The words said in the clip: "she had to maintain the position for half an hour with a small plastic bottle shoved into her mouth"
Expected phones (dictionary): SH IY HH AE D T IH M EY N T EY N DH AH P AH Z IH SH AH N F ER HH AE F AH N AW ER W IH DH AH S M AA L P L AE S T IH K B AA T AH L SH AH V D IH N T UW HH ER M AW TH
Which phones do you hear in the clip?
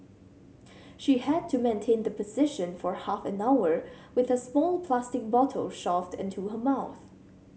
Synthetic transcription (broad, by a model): SH IY HH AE D T IH M EY N T EY N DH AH P AH Z IH SH AH N F ER HH AE F AH N AW ER W IH DH AH S M AA L P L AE S T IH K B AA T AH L SH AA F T IH N T UW HH ER M AW TH